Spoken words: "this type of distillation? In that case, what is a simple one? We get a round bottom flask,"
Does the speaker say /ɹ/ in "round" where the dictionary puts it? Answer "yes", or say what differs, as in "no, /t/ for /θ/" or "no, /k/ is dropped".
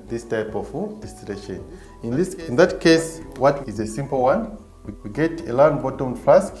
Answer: no, /l/ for /ɹ/